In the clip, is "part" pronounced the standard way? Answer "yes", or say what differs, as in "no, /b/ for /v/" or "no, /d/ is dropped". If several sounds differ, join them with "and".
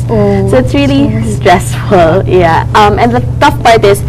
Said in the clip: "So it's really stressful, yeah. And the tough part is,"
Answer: no, /b/ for /p/